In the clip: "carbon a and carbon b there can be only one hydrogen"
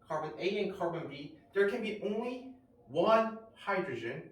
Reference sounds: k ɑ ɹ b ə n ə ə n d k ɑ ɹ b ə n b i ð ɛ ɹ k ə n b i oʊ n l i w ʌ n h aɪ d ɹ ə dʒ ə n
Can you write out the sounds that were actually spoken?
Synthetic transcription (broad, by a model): k ɑ ɹ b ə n ə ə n k ɑ ɹ b ə n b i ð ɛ ɹ k ə n b i oʊ n l i w ʌ n h aɪ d ɹ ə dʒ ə n